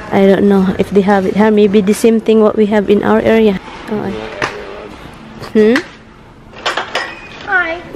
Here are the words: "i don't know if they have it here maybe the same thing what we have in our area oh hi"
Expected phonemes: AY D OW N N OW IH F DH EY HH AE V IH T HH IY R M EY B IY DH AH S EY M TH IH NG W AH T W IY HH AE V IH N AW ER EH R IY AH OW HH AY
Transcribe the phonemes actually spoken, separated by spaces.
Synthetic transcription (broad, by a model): AY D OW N N OW IH F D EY HH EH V IH T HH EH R M EY B IY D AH S EY M T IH NG W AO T W IY HH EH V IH N AW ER EH R IY AH OW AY